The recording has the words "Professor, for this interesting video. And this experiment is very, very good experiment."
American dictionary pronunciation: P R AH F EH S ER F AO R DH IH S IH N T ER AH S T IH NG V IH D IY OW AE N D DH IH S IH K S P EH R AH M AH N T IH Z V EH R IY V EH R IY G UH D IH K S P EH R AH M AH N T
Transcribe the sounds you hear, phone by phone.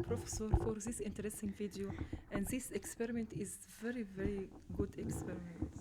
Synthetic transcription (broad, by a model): P R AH F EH S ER F AO R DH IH S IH N T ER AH S T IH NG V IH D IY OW AE N D DH IH S IH K S P EH R AH M AH N T IH Z V EH R IY V EH R IY G UH D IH K S P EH R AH M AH N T